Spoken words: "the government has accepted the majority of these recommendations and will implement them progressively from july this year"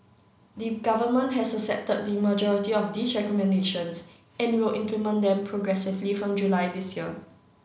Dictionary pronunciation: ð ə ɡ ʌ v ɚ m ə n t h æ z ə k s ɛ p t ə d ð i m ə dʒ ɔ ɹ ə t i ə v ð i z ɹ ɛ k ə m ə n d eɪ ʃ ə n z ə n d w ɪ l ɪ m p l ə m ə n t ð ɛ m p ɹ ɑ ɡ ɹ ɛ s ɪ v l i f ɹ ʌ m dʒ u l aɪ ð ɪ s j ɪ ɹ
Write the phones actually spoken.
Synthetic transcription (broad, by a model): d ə ɡ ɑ v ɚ m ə n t h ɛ s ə s ɛ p t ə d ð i m ə dʒ ɔ ɹ ə t i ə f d i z ɹ ɛ k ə m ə n d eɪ ʃ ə n s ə n w ɪ l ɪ m p l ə m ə n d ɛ m p ɹ ɑ ɡ ɹ ɛ s ɪ v l i f ɹ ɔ m dʒ u l aɪ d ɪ s j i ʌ